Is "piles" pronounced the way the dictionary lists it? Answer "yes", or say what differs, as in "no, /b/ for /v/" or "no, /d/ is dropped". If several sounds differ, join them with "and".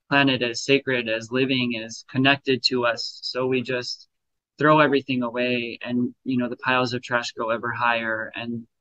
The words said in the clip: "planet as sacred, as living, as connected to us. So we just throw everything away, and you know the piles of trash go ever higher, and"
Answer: yes